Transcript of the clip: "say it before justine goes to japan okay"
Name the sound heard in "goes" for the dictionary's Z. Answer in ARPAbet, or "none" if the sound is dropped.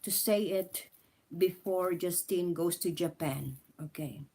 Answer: S